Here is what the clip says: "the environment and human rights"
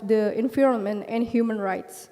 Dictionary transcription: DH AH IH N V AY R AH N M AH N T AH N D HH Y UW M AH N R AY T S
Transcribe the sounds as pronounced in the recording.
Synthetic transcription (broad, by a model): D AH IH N F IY R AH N M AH N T AH N D HH Y UW M AH N R AY T S